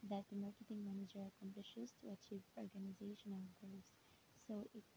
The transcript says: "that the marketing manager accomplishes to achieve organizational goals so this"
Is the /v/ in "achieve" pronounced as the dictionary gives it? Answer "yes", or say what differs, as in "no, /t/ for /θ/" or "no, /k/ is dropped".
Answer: yes